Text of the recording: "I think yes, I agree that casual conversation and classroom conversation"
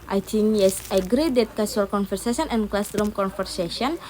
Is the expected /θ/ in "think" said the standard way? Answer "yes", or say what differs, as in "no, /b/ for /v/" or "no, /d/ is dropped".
no, /t/ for /θ/